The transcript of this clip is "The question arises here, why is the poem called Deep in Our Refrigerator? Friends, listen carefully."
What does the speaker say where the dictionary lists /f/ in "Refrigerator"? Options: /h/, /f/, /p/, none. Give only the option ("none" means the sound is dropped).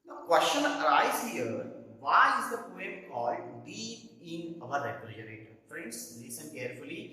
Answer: /p/